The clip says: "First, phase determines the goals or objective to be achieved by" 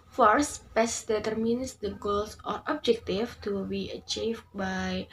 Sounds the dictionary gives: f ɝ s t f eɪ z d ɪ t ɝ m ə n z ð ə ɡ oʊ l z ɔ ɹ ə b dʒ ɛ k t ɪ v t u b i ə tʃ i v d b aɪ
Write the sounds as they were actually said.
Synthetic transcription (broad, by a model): f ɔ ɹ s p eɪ s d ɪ t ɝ m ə n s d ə ɡ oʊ l s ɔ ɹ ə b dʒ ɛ k t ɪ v t u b i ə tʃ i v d b aɪ